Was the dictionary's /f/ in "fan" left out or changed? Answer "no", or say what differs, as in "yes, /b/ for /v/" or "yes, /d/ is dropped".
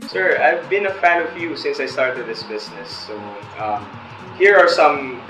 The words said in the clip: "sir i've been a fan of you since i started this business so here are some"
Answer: no